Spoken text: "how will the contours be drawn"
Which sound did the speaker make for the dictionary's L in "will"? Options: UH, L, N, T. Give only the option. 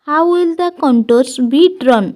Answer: L